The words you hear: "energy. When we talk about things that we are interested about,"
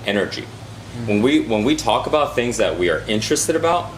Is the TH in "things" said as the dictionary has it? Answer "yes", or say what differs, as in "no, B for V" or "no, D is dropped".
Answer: yes